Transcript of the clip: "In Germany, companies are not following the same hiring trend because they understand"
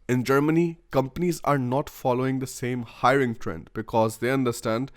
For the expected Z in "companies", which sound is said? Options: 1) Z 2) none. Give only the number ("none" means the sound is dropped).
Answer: 1